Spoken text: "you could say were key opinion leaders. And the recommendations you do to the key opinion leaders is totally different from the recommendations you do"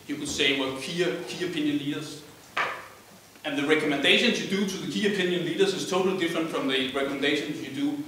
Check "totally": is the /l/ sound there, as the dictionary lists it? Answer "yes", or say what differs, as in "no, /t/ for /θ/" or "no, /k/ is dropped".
yes